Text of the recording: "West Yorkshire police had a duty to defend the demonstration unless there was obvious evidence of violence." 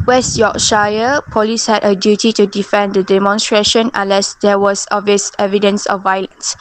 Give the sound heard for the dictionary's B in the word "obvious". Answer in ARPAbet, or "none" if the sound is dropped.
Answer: none